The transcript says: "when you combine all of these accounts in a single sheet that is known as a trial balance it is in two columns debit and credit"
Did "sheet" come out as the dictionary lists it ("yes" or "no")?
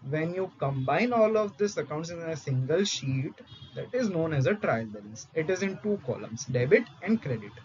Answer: yes